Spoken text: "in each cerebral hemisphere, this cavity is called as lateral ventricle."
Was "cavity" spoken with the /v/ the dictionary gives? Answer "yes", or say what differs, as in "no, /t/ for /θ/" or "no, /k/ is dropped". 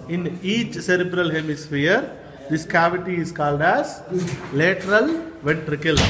yes